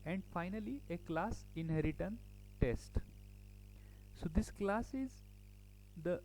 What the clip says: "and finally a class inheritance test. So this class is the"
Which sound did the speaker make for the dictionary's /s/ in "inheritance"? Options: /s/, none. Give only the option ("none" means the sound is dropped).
none